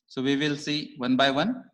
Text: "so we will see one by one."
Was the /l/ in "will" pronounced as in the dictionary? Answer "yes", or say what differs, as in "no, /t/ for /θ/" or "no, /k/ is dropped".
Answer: yes